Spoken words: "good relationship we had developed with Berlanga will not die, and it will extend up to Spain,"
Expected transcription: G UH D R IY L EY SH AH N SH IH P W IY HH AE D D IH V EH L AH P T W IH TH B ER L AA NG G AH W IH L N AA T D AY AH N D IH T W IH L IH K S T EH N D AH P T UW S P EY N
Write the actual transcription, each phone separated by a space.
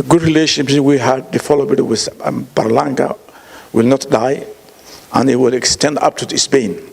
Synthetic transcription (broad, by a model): G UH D R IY L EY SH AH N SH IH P W IY HH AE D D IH F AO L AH B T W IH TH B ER L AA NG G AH W IH L N AA T D AY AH N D IH T W IH L IH K S T EH N D AH P T UW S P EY N